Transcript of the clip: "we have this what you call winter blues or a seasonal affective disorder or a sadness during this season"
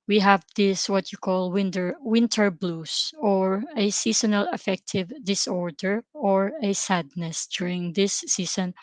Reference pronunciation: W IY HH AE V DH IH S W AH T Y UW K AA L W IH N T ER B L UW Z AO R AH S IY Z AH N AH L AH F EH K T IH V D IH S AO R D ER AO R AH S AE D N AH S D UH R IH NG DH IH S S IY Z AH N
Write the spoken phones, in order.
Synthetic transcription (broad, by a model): W IY HH AE V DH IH S W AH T Y UW K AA L W IH N T ER B L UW S AO R AH S IY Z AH N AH L AH F EH K T IH V D IH S AO R D ER AO R AH S AE D N AH S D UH R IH NG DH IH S S IY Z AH N